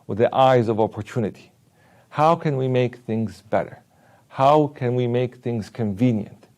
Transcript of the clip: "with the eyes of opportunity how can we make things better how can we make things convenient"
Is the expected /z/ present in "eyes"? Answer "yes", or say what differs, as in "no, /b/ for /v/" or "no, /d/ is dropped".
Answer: yes